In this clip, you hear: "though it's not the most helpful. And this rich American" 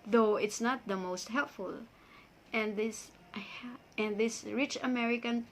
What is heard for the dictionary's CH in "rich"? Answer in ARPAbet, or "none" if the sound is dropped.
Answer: CH